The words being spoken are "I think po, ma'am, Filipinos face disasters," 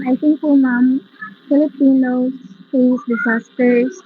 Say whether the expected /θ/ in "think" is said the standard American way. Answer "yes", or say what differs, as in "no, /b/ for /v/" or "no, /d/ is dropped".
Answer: no, /t/ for /θ/